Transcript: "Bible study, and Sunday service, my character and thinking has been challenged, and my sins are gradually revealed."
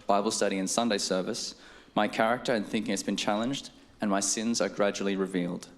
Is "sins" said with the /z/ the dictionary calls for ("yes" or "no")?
yes